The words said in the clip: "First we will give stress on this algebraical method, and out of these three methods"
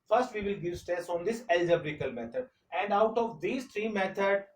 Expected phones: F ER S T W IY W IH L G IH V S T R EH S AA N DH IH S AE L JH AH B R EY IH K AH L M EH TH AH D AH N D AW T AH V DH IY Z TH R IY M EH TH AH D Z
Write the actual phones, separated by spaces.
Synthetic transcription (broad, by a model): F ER S T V IY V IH L G IH V S T EH S AA N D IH S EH L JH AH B R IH K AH L M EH T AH D AH N D AW T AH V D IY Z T R IY M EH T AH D